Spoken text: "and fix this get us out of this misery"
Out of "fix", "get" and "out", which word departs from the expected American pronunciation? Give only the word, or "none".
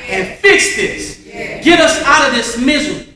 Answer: none